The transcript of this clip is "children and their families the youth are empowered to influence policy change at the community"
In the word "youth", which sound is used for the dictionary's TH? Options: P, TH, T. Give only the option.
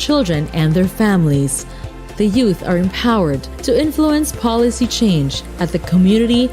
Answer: TH